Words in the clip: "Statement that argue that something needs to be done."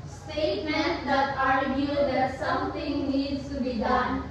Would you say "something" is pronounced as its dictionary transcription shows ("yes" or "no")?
no